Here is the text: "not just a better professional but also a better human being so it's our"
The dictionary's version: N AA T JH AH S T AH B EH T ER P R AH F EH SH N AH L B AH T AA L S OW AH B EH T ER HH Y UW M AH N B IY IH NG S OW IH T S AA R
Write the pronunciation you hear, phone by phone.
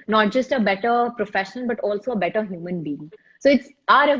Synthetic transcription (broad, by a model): N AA T JH AH S T AH B EH T ER P R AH F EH SH AH N B AH T AA L S OW AH B EH T ER HH Y UW M AH N B IY IH NG S OW IH T S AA R